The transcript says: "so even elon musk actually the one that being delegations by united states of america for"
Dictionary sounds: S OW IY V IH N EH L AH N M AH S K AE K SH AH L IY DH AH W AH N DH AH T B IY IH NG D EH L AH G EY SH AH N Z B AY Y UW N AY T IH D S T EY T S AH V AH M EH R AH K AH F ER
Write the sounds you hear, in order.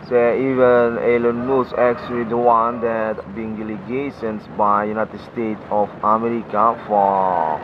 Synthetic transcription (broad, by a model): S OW IY V IH N EH L AH N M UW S AE K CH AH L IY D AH W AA N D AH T B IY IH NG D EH L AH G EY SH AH N S B AY Y UW N AY T IH D S T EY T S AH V AH M EH R AH K AH F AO